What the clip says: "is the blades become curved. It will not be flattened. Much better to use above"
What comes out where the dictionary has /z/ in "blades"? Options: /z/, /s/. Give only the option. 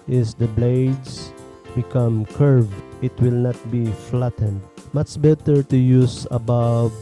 /s/